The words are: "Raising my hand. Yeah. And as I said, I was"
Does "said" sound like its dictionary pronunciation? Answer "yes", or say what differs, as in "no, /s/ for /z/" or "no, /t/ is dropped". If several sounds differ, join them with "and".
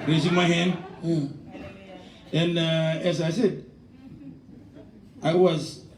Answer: yes